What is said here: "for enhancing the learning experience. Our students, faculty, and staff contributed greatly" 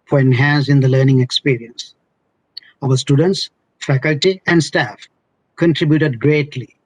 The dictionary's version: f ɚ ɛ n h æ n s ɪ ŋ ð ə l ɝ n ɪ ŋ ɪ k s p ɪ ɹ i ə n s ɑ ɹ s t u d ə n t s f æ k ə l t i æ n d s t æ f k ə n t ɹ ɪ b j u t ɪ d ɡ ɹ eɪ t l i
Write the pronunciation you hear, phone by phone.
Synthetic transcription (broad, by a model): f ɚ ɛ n h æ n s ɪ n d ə l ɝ n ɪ ŋ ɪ k s p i ɹ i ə n s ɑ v s t u d ə n t s f æ k ə l t i æ n d s t æ f k ə n t ɹ ɪ b j u t ɪ d ɡ ɹ eɪ t l i